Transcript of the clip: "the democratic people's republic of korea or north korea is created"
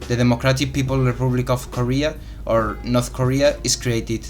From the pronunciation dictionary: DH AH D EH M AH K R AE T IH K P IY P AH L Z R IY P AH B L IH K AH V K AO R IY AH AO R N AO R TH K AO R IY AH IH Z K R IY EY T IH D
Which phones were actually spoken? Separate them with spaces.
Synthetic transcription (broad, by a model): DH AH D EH M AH K R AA T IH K P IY P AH L R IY P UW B L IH K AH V K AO R IY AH AO R N AO R TH K AO R IY AH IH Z K R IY EY T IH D